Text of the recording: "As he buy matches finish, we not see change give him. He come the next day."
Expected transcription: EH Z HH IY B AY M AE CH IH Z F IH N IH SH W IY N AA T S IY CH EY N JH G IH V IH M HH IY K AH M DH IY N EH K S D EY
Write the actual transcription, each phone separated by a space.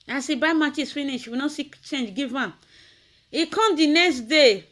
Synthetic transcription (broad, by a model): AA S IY B AY M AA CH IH S F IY N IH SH W IY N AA S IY CH EY N JH G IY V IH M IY K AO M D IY N EH K S D EY